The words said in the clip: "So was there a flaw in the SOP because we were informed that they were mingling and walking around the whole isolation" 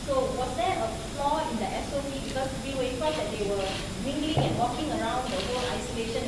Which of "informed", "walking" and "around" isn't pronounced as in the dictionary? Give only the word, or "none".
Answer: informed